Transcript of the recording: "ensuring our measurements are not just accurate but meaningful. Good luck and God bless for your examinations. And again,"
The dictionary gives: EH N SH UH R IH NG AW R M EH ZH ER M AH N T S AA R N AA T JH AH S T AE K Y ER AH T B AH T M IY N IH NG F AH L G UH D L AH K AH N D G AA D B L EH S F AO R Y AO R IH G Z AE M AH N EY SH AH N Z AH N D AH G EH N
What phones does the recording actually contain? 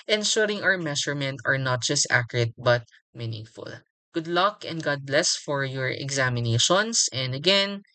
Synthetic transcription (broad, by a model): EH N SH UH R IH NG AW R M EH SH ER M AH N T AA R N AA T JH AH S T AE K Y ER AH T B AH T M IY N IH NG F AH L G UH D L AH K AH N D G AA D B L EH S F AO R Y AO R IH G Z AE M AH N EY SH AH N S AH N D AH G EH N